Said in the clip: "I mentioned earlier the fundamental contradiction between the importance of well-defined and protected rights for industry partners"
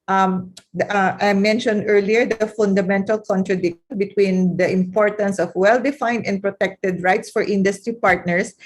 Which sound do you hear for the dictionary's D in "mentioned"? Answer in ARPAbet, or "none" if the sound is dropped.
D